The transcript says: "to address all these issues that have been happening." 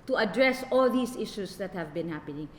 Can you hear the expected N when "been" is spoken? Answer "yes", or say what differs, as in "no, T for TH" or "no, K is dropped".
yes